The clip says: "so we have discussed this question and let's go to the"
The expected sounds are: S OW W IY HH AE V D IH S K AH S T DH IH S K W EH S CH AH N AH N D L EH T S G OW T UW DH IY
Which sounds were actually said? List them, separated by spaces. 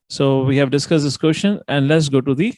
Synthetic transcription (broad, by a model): S OW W IY HH AE V D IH S K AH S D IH S K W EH SH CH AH N AH N D L EH T S G OW T UW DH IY